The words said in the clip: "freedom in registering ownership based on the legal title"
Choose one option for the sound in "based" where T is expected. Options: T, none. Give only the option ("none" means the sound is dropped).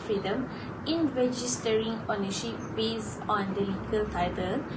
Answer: none